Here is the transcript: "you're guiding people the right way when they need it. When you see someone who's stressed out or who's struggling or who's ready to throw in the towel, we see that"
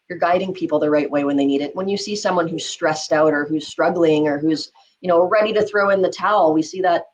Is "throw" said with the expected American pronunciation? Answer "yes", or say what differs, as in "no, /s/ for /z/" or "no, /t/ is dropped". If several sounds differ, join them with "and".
yes